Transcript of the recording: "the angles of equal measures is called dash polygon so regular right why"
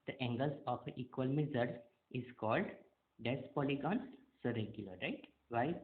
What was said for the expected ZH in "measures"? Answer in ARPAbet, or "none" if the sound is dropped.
Z